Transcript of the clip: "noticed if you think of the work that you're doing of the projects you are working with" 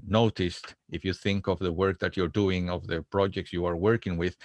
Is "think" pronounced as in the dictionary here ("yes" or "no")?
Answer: yes